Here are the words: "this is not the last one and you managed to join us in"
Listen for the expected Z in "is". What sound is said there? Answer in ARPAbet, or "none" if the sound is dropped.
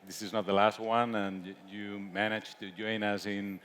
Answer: Z